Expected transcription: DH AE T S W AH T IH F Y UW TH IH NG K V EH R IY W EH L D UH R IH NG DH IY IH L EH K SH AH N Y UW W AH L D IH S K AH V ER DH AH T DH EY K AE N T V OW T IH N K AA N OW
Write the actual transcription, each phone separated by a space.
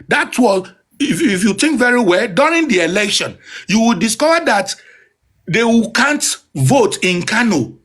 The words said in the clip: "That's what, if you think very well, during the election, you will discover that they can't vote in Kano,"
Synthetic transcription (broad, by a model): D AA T W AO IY IH F Y UW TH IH NG K V EH R IY W EH L D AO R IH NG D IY IH L EH K SH AH N Y UW W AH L D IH S K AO V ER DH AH T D EY K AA N T V OW T IH N K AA N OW